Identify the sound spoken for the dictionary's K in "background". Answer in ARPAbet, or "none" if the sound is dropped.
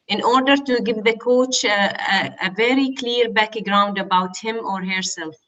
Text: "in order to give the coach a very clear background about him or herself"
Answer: K